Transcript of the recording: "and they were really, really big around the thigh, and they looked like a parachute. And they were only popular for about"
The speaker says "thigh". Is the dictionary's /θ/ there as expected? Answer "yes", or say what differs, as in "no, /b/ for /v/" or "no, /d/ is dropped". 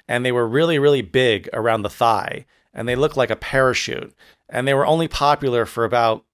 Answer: yes